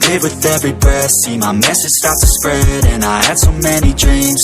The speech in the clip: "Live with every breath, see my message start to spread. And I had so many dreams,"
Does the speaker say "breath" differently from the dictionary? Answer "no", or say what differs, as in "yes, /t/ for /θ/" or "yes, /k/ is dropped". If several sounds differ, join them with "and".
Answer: yes, /ɹ/ is dropped